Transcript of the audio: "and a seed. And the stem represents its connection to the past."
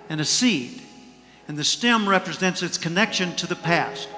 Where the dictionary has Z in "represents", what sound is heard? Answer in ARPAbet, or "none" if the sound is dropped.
Z